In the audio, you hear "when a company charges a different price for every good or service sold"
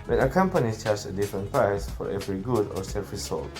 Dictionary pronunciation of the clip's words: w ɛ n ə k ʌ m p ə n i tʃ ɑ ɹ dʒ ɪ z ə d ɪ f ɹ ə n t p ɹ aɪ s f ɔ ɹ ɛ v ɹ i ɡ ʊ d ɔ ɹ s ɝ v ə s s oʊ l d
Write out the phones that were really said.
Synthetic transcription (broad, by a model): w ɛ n ə k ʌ m p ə n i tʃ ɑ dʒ ə d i f ɹ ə n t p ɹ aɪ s f ɔ ɹ ɛ v ɹ i ɡ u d ɔ ɹ s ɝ f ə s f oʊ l